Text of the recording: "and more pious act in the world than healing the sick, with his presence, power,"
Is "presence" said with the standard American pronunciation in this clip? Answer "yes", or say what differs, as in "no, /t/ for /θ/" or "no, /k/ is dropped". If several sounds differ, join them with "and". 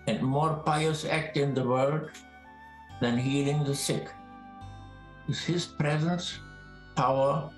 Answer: yes